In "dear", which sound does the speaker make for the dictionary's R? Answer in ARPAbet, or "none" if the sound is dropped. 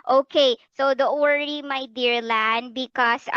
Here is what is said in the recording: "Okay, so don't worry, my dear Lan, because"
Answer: R